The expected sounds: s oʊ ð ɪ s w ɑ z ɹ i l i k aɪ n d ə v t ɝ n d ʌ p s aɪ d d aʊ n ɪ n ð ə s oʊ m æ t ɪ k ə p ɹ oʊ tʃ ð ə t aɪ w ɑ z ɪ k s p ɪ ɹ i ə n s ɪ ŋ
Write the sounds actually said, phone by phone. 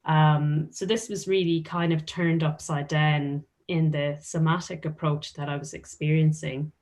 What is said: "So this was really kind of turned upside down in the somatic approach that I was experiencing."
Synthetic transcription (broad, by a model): s oʊ ð ɪ s w ɑ z ɹ i l i k aɪ n d ə v t ɝ n d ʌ p s aɪ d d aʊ n ɪ n ð ə s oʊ m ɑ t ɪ k ə p ɹ oʊ tʃ ð ə t aɪ w ɑ z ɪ k s p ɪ ɹ i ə n s ɪ ŋ